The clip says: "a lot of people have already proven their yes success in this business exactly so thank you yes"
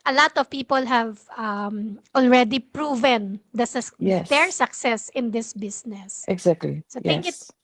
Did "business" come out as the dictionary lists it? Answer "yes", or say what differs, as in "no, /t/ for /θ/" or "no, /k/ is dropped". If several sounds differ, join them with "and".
no, /s/ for /z/